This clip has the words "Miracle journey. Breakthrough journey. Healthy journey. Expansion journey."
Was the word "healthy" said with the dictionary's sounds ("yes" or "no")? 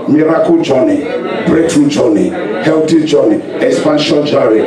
no